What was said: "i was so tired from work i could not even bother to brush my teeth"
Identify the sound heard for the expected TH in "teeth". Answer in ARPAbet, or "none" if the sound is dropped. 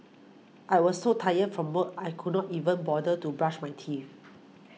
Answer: F